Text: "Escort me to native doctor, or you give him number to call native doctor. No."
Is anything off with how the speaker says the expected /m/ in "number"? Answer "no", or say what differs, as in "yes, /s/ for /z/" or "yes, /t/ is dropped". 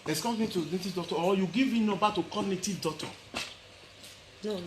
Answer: yes, /m/ is dropped